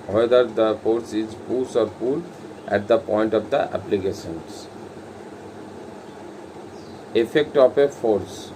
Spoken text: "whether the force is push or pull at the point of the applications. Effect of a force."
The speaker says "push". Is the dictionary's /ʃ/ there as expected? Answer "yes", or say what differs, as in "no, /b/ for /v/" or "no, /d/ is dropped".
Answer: no, /s/ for /ʃ/